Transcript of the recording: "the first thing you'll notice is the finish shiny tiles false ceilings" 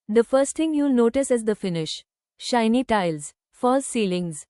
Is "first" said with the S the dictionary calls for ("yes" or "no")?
yes